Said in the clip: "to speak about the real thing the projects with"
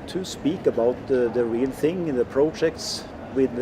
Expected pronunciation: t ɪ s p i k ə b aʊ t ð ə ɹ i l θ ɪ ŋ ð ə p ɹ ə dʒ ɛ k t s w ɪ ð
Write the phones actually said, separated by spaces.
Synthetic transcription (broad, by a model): t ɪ s p i k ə b aʊ t ð ə ɹ i l θ ɪ ŋ ð ə p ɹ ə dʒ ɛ k t s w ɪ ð